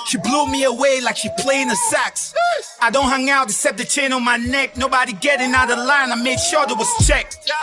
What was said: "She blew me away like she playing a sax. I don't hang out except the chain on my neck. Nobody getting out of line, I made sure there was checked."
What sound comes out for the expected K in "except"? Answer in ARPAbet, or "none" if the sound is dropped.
none